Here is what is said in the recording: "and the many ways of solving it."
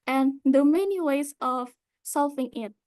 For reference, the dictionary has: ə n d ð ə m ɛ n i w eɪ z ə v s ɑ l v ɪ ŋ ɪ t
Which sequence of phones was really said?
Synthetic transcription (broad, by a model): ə n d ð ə m ɛ n i w eɪ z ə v s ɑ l f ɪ ŋ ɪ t